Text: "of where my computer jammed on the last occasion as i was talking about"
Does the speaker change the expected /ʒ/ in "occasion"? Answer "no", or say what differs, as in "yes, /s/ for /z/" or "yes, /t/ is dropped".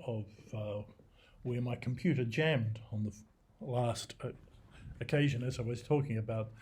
no